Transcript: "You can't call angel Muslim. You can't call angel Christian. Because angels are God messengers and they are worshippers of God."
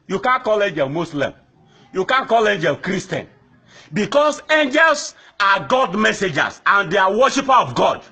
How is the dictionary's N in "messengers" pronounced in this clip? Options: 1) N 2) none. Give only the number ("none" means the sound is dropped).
2